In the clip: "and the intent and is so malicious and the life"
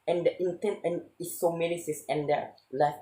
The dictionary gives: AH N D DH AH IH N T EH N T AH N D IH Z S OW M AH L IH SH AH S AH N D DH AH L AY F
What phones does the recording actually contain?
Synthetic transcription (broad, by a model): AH N D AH IH N T EH N T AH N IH S OW M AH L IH S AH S AH N D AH L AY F